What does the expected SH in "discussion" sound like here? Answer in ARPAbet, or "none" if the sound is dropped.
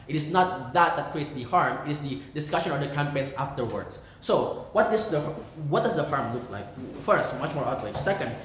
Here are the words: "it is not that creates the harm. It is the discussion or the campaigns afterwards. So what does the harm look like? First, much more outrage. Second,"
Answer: SH